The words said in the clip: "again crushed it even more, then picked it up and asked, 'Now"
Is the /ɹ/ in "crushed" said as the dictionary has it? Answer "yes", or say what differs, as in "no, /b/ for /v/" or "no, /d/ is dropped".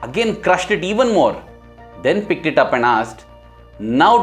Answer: yes